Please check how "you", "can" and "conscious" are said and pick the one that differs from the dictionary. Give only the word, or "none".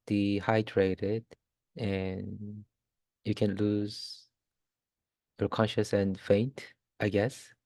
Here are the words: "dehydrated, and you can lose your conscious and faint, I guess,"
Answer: none